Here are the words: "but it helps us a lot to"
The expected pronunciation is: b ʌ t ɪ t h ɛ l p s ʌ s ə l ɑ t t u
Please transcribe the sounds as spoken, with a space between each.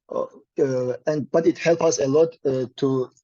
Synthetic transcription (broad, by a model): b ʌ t ɪ t h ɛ l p ʌ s ə l ɑ t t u